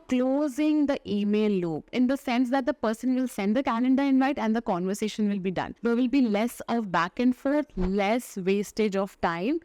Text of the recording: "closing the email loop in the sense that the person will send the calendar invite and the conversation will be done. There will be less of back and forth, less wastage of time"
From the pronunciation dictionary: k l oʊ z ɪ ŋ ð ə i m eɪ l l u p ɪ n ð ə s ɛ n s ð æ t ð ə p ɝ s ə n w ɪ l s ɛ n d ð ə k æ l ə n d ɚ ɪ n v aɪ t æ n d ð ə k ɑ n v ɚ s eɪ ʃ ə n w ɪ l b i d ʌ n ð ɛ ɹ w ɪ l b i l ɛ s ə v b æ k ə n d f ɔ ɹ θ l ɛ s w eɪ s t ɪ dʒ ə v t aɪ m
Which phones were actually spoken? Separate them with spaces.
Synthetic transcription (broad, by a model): k l oʊ z ɪ ŋ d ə i m eɪ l l u p ɪ n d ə s ɛ n s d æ t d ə p ɝ s ə n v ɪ l s ɛ n d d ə k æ n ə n d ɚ ɪ n v aɪ t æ n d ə k ɑ n v ɚ s eɪ ʃ ə n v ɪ l b i d ʌ n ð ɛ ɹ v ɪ l b i l ɛ s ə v b æ k ə n d f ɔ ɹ t l ɛ s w eɪ s t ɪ dʒ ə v t aɪ m